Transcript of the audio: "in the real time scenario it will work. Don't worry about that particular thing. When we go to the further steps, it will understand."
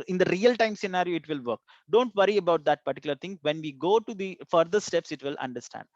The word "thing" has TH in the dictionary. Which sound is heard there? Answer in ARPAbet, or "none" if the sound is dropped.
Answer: T